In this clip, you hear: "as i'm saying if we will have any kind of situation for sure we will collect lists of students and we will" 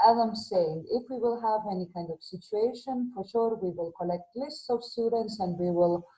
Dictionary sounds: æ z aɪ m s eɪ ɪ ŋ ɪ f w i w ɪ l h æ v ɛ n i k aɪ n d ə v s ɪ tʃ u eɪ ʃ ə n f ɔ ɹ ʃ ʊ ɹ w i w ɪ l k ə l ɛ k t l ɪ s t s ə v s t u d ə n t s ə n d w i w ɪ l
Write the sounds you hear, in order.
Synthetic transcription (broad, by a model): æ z aɪ m s eɪ ɪ ŋ ɪ f w i w ɪ l h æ v ɛ n i k aɪ n d ə v s ɪ tʃ u eɪ ʃ ə n f ɔ ɹ ʃ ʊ ɹ w i w ɪ l k ə l ɛ k t l ɪ s t s ə v s t u d ə n t s ə n d w i w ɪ l